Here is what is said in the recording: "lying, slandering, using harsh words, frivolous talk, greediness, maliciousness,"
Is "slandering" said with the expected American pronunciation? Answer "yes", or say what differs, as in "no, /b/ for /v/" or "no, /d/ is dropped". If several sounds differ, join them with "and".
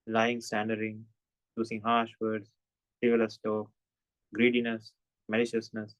no, /l/ is dropped